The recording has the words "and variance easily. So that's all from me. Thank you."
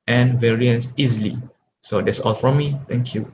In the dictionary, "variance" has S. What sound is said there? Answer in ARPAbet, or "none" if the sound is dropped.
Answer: S